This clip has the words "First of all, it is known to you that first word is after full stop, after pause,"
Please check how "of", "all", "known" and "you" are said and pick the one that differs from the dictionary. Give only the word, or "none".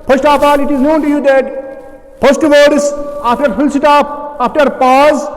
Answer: of